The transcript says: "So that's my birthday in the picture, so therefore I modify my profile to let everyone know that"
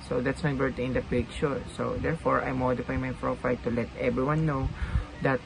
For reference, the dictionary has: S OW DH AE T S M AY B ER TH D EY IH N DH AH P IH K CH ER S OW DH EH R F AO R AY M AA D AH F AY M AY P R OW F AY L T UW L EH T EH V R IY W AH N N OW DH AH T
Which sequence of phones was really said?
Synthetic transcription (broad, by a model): S OW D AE T S M AY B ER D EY IH N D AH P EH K SH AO S OW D EH R F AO R AY M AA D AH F AY M AY P R OW F AY L T UW L EH T EH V R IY W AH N N OW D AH T